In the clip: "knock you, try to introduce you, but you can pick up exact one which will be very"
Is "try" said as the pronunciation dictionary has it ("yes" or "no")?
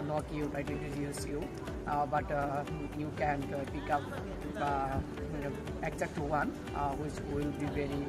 no